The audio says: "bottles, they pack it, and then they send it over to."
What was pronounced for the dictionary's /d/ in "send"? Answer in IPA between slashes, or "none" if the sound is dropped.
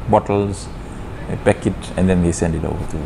/d/